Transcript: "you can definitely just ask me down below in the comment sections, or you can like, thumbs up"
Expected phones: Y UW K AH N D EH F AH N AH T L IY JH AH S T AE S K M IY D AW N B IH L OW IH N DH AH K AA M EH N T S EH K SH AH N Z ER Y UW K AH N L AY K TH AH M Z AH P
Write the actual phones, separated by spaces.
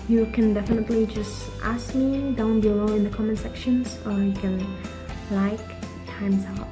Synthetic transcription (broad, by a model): Y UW K AH N D EH F AH N AH T L IY JH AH S T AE S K M IY D AW N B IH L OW IH N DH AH K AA M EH N S EH K SH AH N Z ER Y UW K AH N L AY K T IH M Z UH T